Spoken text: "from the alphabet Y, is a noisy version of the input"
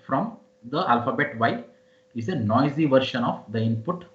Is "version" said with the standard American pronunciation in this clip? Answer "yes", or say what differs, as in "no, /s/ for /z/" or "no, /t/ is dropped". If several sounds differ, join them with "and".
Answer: no, /ʃ/ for /ʒ/